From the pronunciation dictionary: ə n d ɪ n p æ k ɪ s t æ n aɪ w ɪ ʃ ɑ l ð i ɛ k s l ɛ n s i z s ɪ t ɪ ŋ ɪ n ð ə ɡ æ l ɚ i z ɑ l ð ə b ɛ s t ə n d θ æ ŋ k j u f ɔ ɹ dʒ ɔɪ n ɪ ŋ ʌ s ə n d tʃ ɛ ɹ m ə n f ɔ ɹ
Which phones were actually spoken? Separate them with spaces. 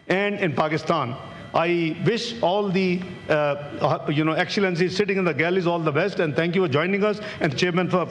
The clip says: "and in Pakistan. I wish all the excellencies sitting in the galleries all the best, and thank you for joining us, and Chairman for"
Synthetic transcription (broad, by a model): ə n d ɪ n p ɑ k ɪ s t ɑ n aɪ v ɪ ʃ ɑ l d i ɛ k s l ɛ n s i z s ɪ t ɪ ŋ ɪ n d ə ɡ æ l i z ɑ l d ə b ɛ s t ə n d t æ ŋ k j u f ɔ ɹ dʒ ɔɪ n ɪ ŋ ʌ s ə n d tʃ ɛ ɹ m ə n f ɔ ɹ